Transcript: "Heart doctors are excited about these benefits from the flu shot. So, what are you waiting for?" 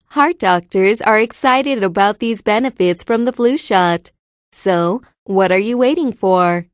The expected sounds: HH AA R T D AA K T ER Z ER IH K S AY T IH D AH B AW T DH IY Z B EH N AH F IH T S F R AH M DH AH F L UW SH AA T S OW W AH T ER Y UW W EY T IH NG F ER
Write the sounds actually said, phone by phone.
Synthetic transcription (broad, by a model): HH AA R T D AA K T ER Z ER IH K S AY T IH D AH B AW T DH IY Z B EH N AH F IH T S F R AH M DH AH F L UW SH AA T S OW W AH T ER Y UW W EY T IH NG F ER